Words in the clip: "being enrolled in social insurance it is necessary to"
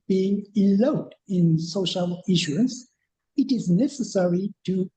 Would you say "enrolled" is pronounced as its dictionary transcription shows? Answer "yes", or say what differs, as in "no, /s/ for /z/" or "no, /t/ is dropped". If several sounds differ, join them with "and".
no, /l/ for /ɹ/